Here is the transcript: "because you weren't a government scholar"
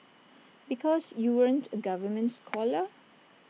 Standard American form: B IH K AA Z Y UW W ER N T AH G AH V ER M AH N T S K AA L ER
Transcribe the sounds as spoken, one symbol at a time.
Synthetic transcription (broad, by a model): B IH K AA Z Y UW W ER N T AH G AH V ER M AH N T S K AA L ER